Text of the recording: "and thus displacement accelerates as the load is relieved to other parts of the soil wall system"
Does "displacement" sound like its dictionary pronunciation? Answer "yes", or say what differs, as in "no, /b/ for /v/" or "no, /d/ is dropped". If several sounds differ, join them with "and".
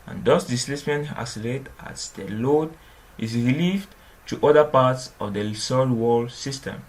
no, /p/ is dropped